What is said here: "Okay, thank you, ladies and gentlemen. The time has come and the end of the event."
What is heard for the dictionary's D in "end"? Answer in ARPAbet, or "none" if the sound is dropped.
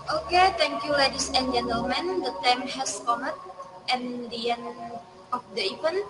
none